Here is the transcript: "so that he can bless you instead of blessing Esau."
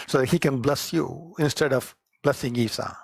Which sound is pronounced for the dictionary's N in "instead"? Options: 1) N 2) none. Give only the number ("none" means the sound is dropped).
1